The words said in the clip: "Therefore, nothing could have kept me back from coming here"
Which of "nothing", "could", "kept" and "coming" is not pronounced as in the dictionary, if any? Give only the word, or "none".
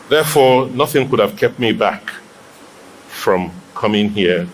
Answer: none